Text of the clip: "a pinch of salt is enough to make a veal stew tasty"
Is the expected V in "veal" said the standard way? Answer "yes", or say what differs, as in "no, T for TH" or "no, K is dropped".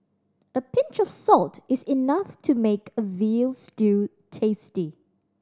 yes